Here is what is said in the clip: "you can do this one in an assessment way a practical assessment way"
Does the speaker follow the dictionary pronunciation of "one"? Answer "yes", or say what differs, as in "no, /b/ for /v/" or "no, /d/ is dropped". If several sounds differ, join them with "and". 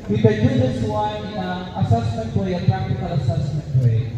no, /n/ is dropped